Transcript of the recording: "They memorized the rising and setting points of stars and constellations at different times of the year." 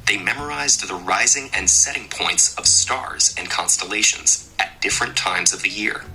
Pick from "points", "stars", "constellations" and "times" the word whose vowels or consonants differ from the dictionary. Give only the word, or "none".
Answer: none